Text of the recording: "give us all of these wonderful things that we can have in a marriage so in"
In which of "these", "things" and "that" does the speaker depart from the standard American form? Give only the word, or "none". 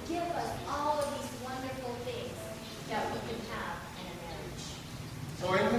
none